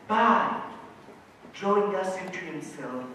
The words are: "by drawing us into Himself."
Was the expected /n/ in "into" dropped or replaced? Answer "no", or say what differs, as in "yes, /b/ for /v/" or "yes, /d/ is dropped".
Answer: yes, /n/ is dropped